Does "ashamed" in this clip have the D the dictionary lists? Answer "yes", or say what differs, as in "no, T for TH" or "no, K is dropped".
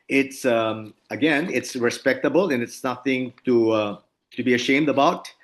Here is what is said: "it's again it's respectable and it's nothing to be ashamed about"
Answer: yes